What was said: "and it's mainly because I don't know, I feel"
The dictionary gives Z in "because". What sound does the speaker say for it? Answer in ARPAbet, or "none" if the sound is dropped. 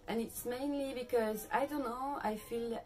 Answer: Z